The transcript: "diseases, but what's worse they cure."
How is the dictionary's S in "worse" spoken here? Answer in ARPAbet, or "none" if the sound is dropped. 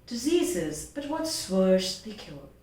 SH